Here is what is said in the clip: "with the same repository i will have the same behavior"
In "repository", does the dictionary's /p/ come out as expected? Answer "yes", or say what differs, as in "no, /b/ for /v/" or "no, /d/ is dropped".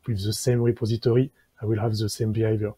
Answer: yes